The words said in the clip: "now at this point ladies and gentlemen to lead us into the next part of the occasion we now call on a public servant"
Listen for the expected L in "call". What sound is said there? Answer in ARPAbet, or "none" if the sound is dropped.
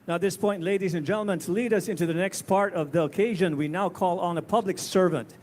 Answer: L